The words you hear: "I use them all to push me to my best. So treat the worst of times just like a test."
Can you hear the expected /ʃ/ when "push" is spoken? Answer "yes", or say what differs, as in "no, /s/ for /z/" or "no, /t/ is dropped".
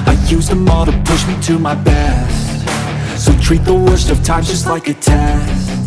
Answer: yes